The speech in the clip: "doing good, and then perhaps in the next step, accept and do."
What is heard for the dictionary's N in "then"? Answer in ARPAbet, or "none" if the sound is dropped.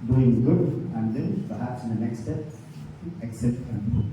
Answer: L